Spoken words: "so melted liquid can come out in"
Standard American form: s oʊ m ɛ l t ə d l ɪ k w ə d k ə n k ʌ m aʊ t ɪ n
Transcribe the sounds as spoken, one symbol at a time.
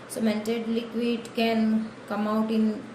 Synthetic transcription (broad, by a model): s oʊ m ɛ n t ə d l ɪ k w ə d k ə n k ʌ m aʊ t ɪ n